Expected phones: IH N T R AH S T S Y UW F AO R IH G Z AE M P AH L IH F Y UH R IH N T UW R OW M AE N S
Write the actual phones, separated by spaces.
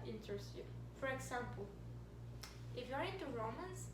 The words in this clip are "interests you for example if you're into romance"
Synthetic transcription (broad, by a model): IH N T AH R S Y UW F AO R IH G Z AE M P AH L IH F Y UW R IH T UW R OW M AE N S